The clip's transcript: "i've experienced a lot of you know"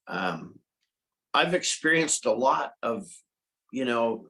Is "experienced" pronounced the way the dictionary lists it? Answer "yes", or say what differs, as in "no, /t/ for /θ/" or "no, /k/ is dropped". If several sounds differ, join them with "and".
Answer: yes